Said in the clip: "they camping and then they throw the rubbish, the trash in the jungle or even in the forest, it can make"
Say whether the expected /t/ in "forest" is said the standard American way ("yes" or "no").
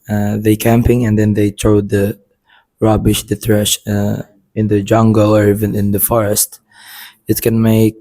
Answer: yes